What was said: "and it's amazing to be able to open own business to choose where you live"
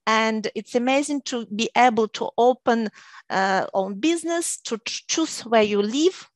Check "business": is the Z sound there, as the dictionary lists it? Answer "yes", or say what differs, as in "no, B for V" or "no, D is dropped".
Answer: yes